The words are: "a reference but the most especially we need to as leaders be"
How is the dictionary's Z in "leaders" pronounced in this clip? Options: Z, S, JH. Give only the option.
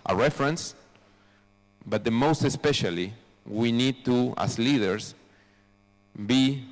S